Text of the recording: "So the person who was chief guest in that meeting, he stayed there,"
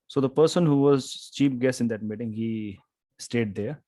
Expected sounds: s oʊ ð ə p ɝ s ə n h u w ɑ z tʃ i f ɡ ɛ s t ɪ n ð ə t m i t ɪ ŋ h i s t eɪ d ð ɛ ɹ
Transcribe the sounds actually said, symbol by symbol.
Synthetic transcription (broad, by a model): s oʊ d ə p ɝ s ə n h u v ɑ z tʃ i p ɡ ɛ s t ɪ n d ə t m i t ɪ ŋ h i s t eɪ d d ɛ ɹ